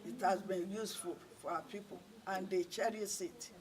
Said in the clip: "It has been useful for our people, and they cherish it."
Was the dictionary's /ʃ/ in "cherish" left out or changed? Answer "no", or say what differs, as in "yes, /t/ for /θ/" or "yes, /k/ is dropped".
yes, /s/ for /ʃ/